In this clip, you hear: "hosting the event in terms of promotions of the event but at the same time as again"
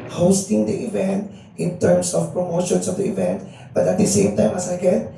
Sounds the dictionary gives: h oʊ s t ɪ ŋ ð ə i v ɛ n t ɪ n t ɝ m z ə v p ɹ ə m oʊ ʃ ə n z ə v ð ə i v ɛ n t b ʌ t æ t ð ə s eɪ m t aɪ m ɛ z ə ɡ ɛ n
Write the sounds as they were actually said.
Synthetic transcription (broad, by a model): h oʊ s t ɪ ŋ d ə i v ɛ n t ɪ n t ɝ m s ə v p ɹ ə m oʊ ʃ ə n s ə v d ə i v ɛ n t b ʌ t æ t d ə s eɪ m t aɪ m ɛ s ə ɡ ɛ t